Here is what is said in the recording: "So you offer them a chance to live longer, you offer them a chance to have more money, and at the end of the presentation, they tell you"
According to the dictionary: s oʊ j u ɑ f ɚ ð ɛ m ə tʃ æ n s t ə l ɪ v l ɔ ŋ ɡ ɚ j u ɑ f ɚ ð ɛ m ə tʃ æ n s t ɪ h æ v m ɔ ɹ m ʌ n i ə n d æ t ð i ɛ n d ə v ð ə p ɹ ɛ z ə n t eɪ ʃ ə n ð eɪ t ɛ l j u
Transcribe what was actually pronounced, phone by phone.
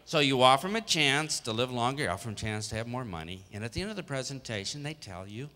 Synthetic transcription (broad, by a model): s oʊ j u ɑ f ɚ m ə tʃ æ n s t ə l ɪ v l ɔ ŋ ɡ ɚ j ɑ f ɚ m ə tʃ æ n s t ɪ v m ɔ ɹ m ʌ n i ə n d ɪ t ð i ɛ n d ə v ð ə p ɹ ɛ z ə n t eɪ ʃ ə n ð eɪ t ɛ l j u